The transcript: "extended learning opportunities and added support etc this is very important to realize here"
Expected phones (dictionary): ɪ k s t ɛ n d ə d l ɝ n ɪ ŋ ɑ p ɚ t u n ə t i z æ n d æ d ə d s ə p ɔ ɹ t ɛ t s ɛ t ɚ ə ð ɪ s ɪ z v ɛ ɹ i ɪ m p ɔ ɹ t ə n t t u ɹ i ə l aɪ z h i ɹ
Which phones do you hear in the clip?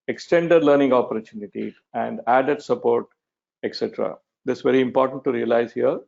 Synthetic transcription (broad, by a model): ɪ k s t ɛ n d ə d l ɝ n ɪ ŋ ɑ p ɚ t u n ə t i æ n d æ d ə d s ə p ɔ ɹ t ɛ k s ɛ t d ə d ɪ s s v ɛ ɹ i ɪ m p ɔ ɹ t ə n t t u ɹ i ə l aɪ z h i ɹ